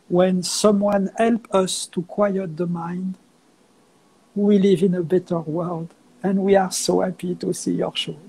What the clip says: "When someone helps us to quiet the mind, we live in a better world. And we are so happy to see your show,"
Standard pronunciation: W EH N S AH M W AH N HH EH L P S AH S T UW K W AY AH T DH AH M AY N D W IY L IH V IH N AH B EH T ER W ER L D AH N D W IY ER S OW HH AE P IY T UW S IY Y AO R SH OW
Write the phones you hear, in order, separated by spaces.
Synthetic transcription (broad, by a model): W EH N S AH M W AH N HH EH L P AH S T UW K W AY AH T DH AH M AY N D W IY L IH V IH N AH B EH T ER W ER L D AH N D W IY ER S OW HH AE P IY T UW S IY Y AO R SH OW